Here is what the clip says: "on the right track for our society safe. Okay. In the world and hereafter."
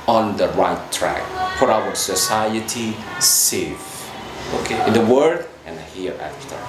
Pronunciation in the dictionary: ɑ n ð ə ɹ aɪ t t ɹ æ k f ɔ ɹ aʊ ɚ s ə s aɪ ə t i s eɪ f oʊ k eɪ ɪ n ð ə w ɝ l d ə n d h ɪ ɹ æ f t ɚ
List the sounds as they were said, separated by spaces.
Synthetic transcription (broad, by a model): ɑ n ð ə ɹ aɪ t t ɹ æ k p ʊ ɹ aʊ ɚ s ə s aɪ ə t i s eɪ f oʊ k eɪ ɪ n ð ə w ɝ d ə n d h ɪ ɹ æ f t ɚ